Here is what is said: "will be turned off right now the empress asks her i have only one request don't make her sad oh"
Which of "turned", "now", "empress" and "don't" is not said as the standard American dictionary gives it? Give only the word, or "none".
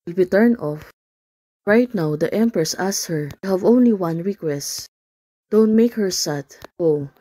turned